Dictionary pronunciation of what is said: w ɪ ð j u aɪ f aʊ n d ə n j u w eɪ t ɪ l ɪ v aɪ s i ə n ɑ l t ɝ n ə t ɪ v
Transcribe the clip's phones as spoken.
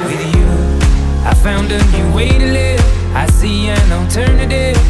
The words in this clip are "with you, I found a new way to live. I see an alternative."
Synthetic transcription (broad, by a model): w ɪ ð j u aɪ f aʊ n d ə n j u w eɪ t ɪ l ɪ aɪ s i ə n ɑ l t ɝ n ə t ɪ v